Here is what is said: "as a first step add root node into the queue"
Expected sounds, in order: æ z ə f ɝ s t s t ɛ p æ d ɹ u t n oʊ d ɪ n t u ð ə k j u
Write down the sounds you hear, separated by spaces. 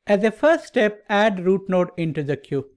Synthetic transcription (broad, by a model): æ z ə f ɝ s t s t ɛ p æ d ɹ u t n oʊ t ɪ n t u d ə k j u